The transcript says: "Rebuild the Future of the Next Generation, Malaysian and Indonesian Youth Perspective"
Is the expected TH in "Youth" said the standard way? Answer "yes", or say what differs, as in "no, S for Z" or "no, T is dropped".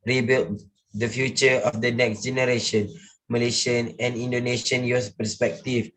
no, S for TH